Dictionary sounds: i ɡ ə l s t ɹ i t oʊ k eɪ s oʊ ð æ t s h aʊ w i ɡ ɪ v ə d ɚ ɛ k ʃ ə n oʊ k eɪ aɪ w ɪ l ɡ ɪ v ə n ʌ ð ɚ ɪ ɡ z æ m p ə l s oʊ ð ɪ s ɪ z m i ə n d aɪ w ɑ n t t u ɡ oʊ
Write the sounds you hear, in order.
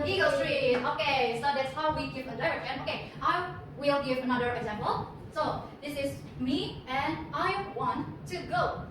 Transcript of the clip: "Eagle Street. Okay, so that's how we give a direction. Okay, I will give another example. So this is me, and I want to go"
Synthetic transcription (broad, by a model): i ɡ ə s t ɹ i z oʊ k eɪ s oʊ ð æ t s h aʊ w i ɡ ɪ v ə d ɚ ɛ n oʊ k eɪ aɪ w ɪ l ɡ ɪ v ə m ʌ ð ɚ ɪ ɡ z æ m p ə l s oʊ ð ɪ s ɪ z m i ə n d aɪ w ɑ n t t u ɡ oʊ